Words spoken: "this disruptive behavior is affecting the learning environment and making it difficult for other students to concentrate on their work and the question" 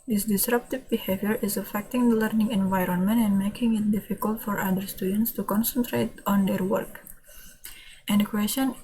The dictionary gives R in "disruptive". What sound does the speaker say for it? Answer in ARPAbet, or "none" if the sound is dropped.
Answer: R